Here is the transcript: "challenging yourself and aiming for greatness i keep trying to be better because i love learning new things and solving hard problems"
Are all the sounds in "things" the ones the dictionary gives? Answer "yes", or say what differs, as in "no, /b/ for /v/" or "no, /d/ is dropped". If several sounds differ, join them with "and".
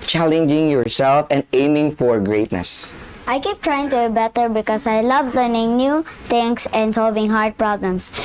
no, /t/ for /θ/